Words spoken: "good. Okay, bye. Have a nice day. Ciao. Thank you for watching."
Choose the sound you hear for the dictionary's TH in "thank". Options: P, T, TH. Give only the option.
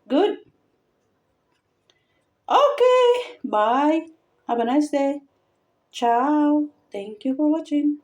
T